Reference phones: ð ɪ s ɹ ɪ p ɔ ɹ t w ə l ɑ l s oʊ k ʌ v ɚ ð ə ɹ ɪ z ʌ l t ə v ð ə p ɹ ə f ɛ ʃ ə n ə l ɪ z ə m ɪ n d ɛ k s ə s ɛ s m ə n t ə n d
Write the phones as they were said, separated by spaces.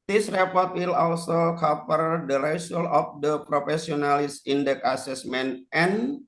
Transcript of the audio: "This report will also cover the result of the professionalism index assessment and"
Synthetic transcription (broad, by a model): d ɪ s ɹ ɪ p ɔ ɹ t w ə l ɑ l s oʊ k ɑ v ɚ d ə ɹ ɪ s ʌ l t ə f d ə p ɹ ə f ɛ s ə n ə l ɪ s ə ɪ n d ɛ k ə s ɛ s m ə n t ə n